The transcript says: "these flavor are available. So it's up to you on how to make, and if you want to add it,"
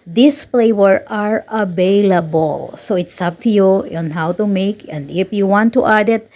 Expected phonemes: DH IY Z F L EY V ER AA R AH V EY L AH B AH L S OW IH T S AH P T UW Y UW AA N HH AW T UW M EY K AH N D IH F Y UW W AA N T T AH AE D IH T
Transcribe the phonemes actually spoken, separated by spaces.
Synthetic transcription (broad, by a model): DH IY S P L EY W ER AA R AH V EY L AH B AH L S OW IH T S AH P T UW Y UW AA N HH AW T UW M EY K AH N D IH F Y UW W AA N T T AH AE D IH T